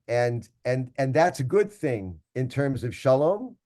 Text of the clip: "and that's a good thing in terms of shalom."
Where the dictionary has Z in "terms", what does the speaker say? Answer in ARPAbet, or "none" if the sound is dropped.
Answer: Z